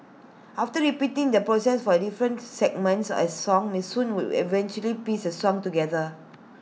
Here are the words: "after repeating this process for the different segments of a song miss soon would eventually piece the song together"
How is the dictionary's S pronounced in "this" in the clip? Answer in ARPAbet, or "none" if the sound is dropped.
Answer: none